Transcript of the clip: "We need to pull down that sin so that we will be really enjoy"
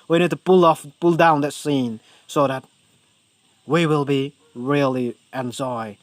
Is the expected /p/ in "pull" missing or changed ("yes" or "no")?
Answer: no